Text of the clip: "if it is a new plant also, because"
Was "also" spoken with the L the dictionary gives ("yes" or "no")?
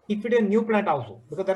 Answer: no